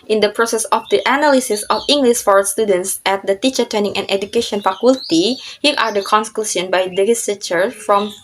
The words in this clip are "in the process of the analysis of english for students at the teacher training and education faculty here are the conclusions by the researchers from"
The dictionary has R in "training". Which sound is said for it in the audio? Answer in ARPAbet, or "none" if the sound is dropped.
none